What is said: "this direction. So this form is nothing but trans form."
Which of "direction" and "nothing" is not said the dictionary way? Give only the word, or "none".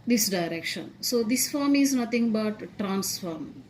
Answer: nothing